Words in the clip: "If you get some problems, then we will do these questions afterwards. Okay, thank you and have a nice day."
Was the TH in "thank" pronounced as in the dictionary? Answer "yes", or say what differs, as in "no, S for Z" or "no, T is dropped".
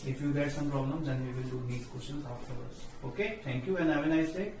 no, T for TH